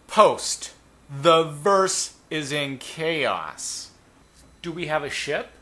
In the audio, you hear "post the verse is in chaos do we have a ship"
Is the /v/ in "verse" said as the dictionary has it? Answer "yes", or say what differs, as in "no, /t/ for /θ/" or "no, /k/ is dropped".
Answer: yes